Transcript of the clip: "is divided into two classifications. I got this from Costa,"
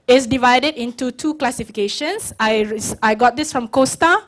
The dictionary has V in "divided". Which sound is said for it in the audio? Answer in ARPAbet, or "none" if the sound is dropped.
V